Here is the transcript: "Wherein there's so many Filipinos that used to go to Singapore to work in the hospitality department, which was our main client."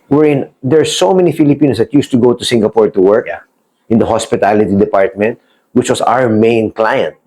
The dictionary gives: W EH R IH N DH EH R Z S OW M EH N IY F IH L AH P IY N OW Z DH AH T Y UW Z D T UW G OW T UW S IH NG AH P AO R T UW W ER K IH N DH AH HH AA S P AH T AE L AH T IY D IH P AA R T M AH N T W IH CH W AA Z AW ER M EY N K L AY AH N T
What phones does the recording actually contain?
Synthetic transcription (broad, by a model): W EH R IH N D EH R S OW M EH N IY F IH L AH P IY N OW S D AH T Y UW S T UW G OW T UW S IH NG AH P AO R T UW W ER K IH N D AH HH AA S P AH T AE L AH T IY D IH P AA R T M AH N T W IH CH W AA S AW ER M EY N K L AY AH N T